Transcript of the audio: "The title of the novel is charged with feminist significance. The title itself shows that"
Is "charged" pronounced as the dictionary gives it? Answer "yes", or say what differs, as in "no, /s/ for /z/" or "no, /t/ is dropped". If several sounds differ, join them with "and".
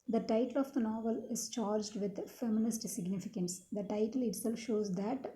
yes